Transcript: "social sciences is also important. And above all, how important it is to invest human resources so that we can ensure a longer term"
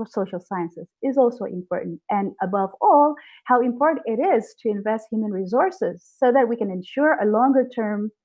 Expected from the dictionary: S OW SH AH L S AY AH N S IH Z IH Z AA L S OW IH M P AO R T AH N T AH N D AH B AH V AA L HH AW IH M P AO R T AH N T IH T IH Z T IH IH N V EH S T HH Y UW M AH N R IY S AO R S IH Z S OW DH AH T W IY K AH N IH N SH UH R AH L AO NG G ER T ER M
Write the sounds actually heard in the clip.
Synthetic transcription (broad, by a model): S OW SH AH L S AY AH N S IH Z IH Z AA L S OW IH M P AO R T N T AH N AH B AH V AA L HH AW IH M P AO R T N T IH T IH Z T IH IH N V EH S T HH Y UW M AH N R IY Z AO R S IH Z S OW DH AH T W IY K AH N IH N SH UH R AH L AO NG G ER T ER M